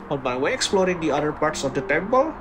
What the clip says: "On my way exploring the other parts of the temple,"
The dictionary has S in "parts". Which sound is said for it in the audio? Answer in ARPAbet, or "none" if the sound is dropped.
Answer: S